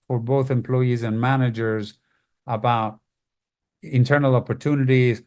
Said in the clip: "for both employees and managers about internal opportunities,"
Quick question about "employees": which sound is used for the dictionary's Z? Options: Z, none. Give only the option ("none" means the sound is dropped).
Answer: Z